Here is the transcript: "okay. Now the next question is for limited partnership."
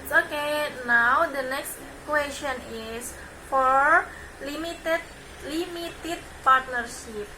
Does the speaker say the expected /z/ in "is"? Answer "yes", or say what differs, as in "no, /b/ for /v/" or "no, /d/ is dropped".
no, /s/ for /z/